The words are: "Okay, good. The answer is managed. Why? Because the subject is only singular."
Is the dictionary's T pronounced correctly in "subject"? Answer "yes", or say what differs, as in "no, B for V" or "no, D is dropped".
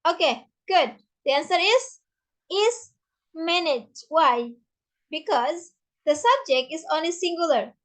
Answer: yes